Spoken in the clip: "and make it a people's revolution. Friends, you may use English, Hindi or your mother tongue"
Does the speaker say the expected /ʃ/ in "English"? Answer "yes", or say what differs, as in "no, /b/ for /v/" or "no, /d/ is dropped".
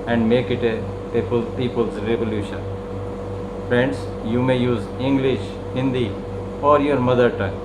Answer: yes